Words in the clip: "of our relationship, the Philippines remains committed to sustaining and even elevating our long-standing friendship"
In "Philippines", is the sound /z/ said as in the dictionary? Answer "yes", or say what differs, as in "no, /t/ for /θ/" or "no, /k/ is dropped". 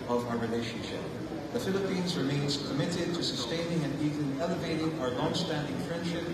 yes